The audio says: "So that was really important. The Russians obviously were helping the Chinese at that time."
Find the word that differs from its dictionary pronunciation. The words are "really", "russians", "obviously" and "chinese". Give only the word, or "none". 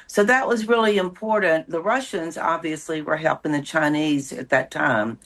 none